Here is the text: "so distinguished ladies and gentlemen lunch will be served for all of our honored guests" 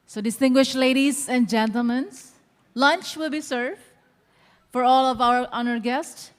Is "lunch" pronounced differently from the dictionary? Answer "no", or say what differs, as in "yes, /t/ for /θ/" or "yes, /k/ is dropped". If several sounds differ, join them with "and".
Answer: no